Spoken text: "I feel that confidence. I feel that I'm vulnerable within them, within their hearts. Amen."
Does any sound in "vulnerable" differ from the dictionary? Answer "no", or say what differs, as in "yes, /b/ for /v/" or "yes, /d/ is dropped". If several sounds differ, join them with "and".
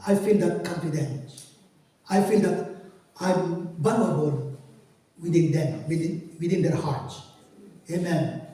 yes, /b/ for /v/ and /l/ is dropped